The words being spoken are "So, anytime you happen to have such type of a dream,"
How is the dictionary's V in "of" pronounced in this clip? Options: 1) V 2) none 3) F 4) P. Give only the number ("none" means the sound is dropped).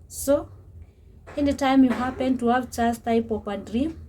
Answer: 4